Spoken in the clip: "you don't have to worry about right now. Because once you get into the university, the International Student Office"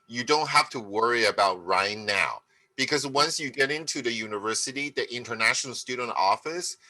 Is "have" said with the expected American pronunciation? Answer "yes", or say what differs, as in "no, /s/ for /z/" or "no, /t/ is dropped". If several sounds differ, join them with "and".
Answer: no, /f/ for /v/